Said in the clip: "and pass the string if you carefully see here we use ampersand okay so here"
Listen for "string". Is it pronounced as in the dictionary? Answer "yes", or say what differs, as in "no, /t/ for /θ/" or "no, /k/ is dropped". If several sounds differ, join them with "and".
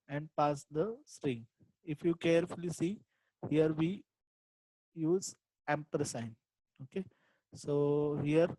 yes